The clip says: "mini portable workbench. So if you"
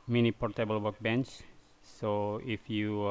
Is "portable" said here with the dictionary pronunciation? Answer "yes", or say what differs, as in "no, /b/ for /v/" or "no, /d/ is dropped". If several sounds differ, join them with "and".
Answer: yes